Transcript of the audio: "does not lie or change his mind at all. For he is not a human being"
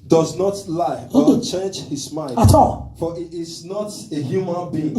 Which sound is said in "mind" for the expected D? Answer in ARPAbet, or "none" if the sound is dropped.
none